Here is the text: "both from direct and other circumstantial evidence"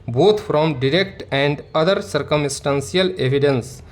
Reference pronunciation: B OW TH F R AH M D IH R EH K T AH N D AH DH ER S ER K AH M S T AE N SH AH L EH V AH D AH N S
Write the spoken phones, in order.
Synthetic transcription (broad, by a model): B OW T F R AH M D IH R EH K T AH N D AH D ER S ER K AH M S T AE N S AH L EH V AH D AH N S